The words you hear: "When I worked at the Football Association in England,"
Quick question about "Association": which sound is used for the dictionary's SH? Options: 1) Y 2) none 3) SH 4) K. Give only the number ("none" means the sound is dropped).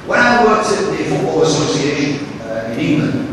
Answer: 2